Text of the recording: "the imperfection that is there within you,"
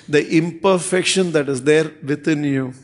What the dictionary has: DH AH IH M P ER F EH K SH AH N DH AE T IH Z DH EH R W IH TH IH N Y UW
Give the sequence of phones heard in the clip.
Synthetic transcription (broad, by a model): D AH IH M P ER F EH K SH AH N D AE T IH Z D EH R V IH T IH N Y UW